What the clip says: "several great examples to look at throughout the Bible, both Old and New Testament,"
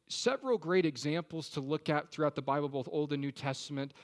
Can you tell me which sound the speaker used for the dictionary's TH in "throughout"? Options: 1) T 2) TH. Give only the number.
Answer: 2